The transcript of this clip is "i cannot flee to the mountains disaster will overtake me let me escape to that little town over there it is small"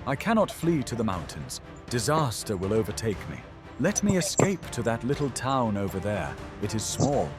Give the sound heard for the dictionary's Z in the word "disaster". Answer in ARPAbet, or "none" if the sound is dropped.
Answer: Z